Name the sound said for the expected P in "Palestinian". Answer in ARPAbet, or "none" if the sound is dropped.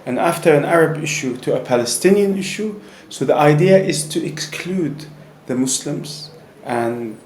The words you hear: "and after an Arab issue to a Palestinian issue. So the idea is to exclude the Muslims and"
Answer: P